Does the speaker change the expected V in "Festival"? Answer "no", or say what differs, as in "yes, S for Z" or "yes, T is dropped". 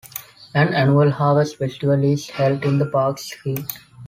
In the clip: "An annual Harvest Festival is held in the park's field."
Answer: yes, V is dropped